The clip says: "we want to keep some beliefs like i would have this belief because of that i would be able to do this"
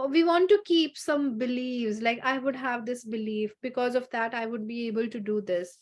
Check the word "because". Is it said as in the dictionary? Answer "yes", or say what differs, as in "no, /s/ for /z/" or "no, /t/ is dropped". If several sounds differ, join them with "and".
yes